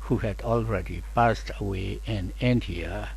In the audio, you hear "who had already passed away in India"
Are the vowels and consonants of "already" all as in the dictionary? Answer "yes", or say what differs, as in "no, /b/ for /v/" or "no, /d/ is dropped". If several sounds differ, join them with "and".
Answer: yes